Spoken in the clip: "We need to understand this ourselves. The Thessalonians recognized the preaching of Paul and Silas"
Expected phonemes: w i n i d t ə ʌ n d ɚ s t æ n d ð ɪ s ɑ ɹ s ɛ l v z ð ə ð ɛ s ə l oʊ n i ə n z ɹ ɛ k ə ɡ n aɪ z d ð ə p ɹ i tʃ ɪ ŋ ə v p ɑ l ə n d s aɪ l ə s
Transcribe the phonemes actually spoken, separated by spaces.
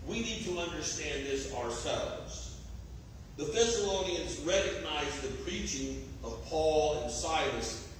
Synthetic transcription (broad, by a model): w i n i d t ə ʌ n d ɚ s t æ n ð ɪ s ɑ ɹ s ɛ l v z ð ə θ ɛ s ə l oʊ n i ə n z ɹ ɛ k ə ɡ n aɪ z ð ə p ɹ i tʃ ɪ ŋ ə v p ɑ l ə n s aɪ l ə s